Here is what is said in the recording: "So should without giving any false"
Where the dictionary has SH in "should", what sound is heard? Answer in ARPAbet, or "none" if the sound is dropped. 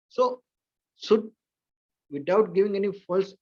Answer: S